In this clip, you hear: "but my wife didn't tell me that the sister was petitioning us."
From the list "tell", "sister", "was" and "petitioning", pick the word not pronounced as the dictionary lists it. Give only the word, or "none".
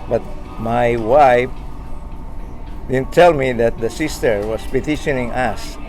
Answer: was